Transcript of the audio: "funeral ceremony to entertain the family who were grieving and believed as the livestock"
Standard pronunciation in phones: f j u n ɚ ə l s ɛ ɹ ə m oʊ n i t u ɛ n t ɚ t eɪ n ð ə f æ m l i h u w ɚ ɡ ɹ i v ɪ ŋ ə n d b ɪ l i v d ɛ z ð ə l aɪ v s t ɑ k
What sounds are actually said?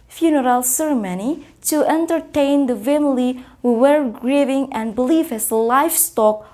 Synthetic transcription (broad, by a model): f j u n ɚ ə l s ɛ ɹ ə m oʊ n i t u ɛ n t ɚ t eɪ n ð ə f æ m l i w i w ɚ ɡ ɹ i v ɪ ŋ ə n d b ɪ l i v ɛ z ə l aɪ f s t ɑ k